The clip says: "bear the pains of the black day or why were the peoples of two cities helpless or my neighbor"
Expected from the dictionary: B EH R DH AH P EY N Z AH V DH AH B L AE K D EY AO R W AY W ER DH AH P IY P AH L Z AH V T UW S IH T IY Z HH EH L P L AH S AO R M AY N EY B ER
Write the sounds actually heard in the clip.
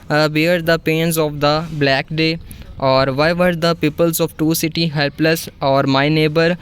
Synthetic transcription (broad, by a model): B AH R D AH P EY N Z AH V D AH B L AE K D EY AO R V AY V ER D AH P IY P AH L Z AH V T UW S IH T IY HH EH L P L AH S AO R M AY N EY B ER